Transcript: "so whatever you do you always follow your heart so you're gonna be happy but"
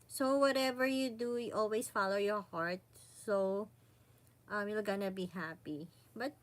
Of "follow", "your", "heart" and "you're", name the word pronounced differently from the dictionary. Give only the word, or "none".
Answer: you're